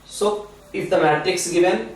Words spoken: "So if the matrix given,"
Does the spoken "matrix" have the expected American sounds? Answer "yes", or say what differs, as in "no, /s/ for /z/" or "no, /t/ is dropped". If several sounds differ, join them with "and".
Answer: no, /ɹ/ is dropped